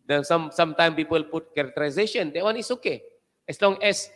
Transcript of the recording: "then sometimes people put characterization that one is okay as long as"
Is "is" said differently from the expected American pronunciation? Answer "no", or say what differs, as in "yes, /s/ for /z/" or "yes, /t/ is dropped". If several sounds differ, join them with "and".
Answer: yes, /s/ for /z/